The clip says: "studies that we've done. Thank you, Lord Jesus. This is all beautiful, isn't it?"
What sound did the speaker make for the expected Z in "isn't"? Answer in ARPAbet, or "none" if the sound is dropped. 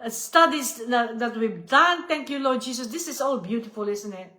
S